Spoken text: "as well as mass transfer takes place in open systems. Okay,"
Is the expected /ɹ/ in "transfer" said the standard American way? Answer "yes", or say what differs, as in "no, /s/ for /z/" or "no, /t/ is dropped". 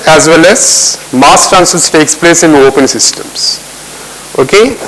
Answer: no, /ɹ/ is dropped